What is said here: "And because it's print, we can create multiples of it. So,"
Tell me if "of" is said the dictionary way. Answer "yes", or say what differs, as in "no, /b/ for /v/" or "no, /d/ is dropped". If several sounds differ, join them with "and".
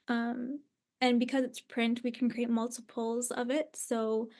yes